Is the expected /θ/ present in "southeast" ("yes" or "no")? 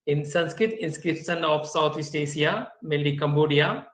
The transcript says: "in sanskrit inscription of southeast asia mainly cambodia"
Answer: no